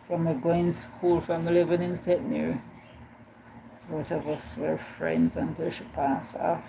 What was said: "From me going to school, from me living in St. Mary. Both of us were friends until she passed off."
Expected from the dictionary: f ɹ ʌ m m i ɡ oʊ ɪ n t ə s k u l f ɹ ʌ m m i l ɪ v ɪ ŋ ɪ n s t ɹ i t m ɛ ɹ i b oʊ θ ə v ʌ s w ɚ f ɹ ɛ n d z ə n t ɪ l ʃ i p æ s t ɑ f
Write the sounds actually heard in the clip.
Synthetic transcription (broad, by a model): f ɹ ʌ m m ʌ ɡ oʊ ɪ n s k u l f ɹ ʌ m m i l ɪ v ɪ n ɪ n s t ɛ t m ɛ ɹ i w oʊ t ə v ʌ s w ɚ f ɹ ɛ n d z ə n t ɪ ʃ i p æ s ɑ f